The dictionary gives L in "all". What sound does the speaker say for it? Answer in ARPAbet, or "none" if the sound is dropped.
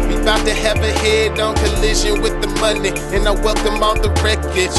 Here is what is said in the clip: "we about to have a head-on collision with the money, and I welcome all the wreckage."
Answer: N